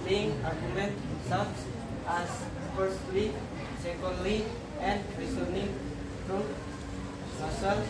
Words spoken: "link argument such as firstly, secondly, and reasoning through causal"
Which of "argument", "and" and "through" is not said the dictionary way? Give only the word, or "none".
through